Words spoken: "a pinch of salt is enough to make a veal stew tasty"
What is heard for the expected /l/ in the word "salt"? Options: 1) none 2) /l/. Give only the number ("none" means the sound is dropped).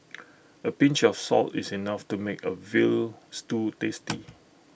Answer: 2